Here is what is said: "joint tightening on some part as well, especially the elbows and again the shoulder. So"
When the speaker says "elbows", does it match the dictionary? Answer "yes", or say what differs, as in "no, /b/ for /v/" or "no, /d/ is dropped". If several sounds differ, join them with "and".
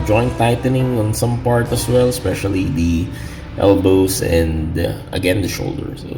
no, /s/ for /z/